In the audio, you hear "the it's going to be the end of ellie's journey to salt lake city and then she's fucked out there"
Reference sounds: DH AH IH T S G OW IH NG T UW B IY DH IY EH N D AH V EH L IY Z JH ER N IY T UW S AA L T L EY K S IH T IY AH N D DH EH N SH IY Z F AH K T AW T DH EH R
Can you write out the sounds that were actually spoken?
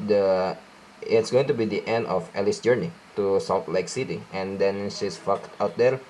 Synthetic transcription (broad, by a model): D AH IH T S G OW IH NG T UW B IY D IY EH N D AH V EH L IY S JH ER N IY T UW S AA T L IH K S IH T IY AH N D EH N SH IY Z F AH K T AW T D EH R